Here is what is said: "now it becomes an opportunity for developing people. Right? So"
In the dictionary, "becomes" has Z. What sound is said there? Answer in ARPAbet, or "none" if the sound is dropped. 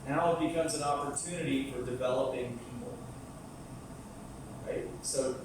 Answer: Z